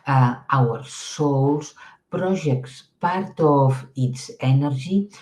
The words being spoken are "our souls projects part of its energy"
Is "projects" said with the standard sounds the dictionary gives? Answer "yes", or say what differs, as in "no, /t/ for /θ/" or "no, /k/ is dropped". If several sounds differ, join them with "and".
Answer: no, /ʒ/ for /dʒ/